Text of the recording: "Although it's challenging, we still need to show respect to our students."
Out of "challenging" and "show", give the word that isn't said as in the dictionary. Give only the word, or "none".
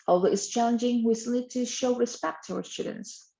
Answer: none